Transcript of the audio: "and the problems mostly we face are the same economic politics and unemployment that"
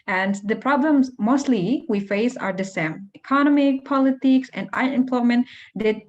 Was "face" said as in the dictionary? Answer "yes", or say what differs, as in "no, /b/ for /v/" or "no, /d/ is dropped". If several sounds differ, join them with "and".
yes